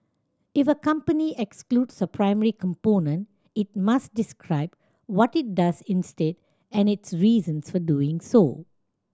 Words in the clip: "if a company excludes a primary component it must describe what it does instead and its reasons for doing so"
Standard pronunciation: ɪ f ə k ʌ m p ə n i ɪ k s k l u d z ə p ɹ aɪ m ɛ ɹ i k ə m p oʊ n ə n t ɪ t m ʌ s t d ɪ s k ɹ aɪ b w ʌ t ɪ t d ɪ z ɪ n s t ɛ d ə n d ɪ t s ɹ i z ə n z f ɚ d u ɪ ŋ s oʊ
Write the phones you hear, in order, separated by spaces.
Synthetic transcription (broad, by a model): ɪ f ə k ʌ m p ə n i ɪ k s k l u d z ə p ɹ aɪ m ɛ ɹ i k ə m p oʊ n ə n t ɪ t m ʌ s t d ɪ s k ɹ aɪ b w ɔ t ɪ t d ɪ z ɪ n s t ɛ d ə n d ɪ t s ɹ i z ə n s f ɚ d u ɪ ŋ s oʊ